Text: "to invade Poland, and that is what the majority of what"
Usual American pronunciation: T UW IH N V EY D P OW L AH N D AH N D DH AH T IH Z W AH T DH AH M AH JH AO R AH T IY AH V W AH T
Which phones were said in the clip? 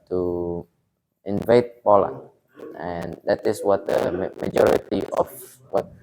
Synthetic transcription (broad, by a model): T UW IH N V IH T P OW L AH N AH N D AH T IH S W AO T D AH M AH JH AO R AH T IY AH F W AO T